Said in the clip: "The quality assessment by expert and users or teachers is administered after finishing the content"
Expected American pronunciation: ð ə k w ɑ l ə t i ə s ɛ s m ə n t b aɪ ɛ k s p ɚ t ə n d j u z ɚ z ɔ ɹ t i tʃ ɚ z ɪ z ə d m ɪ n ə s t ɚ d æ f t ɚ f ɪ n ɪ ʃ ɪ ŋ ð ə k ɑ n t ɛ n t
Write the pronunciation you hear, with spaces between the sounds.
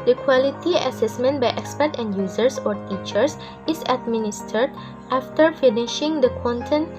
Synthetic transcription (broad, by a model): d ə k w ɑ l ə t i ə s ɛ s m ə n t b aɪ ɛ k s p ɚ t ə n d j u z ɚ s ɔ ɹ t i tʃ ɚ s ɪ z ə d m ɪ n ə s t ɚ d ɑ f t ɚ f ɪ n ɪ ʃ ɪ ŋ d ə k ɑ n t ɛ n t